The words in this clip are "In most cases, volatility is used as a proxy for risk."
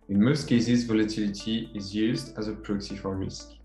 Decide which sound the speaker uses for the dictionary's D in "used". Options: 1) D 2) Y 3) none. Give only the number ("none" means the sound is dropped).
1